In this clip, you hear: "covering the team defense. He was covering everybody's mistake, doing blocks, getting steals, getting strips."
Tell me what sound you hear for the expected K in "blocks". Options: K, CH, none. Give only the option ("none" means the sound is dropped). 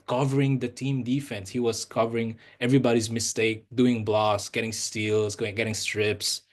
none